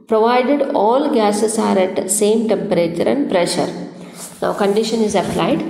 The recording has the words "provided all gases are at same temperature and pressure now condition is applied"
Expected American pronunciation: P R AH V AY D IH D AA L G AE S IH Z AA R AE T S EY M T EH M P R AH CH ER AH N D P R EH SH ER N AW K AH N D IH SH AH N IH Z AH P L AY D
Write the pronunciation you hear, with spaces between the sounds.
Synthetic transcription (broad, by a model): P R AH V AY D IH D AA L G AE S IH S AA R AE T S EY M T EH M P R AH CH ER AH N D P R EH SH ER N AW K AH N D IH SH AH N IH Z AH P L AY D